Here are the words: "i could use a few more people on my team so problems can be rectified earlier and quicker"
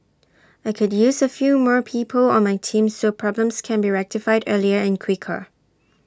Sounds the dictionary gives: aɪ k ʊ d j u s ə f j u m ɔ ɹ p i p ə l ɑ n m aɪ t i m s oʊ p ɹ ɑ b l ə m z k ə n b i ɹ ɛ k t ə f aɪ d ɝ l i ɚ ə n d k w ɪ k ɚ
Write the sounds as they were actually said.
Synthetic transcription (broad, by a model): aɪ k ʊ d j u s ə f j u m ɔ ɹ p i p ə l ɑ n m aɪ t i m s oʊ p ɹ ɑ b l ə m s k ə n b i ɹ ɛ k t ə f aɪ d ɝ l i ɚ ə n k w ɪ k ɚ